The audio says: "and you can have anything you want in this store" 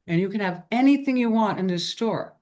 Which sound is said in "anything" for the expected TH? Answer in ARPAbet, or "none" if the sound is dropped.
TH